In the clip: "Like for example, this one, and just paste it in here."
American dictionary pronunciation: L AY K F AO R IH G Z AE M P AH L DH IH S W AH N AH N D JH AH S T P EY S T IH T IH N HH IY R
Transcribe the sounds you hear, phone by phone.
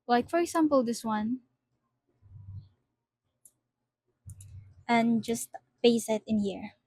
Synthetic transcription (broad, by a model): L AY K F AO R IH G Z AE M P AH L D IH S W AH N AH N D JH AH S T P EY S IH T IH N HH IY R